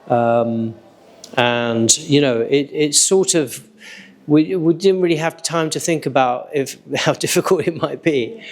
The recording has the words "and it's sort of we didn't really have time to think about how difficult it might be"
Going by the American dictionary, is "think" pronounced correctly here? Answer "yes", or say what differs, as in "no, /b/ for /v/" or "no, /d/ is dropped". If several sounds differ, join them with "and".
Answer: yes